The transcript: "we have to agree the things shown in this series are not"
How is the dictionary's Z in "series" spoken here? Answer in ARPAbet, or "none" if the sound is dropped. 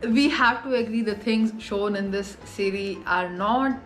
none